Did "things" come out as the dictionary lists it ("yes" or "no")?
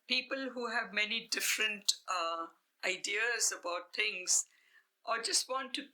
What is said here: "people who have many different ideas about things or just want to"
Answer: no